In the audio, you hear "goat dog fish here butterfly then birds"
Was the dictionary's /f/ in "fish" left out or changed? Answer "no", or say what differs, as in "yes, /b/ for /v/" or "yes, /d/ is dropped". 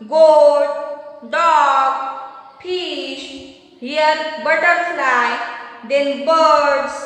yes, /p/ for /f/